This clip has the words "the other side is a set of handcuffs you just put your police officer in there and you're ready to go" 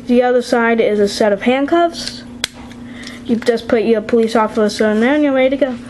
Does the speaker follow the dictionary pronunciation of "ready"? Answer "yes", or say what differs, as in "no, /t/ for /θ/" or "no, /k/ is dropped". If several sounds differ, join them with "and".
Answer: no, /w/ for /ɹ/